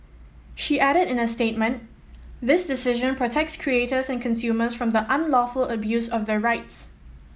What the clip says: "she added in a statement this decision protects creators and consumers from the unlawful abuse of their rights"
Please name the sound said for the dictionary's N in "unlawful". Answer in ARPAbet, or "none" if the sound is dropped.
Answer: N